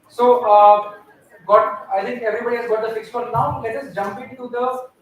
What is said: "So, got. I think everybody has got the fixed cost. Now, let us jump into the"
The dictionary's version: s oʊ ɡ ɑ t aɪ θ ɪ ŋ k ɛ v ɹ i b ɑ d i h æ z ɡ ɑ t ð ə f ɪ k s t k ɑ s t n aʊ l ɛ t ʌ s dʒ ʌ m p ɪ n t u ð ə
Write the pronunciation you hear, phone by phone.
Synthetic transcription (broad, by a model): s oʊ ɡ ɑ t aɪ t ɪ ŋ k ɛ v ɹ i b ɑ d i h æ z ɡ ɑ t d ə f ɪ k s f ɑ t n aʊ l ɛ t ʌ s dʒ ʌ m p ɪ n t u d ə